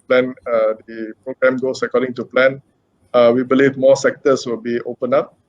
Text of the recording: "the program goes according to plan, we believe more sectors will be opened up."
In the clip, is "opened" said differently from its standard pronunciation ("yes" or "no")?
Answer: yes